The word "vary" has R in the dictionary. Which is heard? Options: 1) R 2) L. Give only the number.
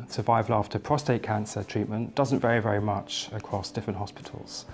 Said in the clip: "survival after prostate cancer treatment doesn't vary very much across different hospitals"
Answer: 1